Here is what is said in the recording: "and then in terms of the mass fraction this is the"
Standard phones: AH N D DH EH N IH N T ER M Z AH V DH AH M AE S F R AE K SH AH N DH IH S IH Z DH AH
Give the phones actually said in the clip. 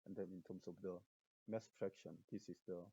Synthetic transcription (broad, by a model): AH N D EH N IH N T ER M S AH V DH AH M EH S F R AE K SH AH N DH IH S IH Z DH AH